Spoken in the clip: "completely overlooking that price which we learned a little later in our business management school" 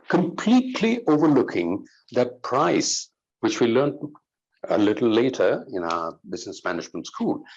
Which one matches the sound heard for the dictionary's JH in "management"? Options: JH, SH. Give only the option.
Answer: SH